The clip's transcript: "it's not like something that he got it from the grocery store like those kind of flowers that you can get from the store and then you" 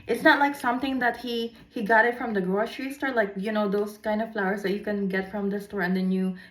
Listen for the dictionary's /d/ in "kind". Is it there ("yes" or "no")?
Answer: yes